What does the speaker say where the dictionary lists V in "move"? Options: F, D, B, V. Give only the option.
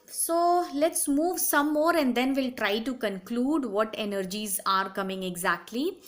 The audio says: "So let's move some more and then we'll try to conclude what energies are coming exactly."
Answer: V